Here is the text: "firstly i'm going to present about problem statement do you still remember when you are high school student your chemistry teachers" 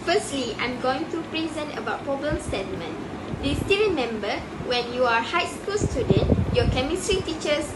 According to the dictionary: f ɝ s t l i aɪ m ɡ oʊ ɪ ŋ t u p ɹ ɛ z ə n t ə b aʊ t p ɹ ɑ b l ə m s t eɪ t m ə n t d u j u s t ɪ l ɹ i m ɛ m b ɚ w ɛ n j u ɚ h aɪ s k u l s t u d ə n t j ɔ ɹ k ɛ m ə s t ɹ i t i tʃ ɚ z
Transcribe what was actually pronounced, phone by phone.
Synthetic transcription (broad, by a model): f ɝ s t l i aɪ m ɡ oʊ ɪ ŋ t u p ɹ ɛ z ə n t ə b aʊ t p ɑ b ə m s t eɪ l m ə n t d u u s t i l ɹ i m ɛ m b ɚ w ɛ n j u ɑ h aɪ s k u l s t u d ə n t j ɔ k ɛ m ə s t ɹ i t i tʃ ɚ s